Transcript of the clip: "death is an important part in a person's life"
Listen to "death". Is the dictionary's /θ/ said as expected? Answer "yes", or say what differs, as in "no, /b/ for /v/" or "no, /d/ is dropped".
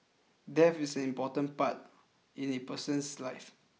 no, /f/ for /θ/